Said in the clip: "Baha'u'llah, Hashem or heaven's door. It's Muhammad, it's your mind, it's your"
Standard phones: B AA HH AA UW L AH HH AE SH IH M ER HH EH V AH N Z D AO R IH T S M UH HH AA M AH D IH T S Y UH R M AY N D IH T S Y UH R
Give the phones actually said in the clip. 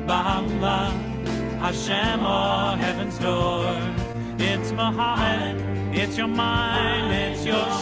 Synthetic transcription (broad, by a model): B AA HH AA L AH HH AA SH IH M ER HH EH V AH N Z D AO R IH T S M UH HH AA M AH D IH T S Y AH R M AY N D IH T S Y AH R